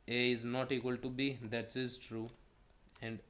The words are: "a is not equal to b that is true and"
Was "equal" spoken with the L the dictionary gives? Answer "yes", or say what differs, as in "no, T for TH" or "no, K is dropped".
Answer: yes